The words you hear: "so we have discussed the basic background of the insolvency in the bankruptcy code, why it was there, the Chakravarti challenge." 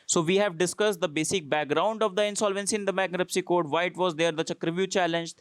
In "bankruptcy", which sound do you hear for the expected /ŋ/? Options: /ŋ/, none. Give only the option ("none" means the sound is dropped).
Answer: none